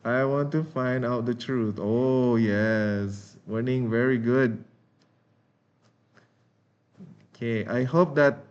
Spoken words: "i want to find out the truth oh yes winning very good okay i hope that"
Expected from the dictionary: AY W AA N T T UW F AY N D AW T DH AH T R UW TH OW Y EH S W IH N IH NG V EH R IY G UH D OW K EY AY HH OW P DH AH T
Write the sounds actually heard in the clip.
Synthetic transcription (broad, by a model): AY W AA N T T UW F AY N D AW T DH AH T R UW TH OW Y EH S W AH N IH NG V EH R IY G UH D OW K EY AY HH OW P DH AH T